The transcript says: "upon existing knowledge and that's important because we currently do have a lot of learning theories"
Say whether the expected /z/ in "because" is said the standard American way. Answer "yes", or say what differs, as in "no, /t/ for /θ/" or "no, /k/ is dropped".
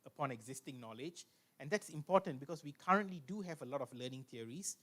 no, /s/ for /z/